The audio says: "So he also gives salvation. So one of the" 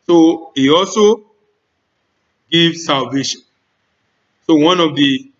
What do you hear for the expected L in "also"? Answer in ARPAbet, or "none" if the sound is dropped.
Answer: L